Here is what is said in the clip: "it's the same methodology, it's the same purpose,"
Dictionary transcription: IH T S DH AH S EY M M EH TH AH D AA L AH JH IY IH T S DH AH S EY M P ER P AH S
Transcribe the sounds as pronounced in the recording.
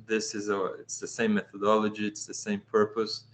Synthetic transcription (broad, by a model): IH T S DH AH S EY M M EH TH AH D AA L AH JH IY IH T S DH AH S EY M P ER P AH S